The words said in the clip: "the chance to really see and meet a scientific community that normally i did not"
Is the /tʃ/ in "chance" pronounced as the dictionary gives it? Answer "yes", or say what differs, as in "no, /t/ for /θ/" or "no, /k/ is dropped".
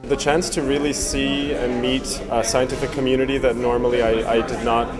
yes